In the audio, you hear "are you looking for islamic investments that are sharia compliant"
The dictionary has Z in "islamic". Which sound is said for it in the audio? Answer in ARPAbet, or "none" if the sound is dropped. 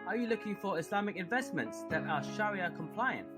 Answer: S